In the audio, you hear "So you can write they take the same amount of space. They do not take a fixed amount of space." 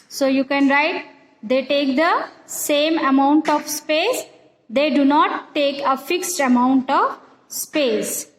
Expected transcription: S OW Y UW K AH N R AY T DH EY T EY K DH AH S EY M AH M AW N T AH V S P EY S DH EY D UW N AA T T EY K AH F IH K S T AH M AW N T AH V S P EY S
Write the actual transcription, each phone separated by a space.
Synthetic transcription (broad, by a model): S OW Y UW K AH N R AY T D EY T EY K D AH S EY M AH M AW N T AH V S P EY S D EY D UW N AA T T EY K AH F IH K S T AH M AW N T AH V S P EY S